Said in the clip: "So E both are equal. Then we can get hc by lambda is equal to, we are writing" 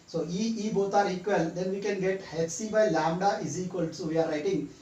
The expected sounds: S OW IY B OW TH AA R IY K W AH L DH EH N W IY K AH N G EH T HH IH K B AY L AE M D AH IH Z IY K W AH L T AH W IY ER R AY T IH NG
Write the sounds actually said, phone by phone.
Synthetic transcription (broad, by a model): S OW IY B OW T AA R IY K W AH L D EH N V IY K AH N G EH T HH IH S B AY L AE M D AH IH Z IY K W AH L S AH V IY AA R AY T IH NG